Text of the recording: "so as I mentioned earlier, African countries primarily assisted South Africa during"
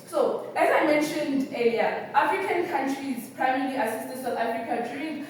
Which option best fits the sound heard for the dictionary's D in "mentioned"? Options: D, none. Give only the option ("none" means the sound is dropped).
D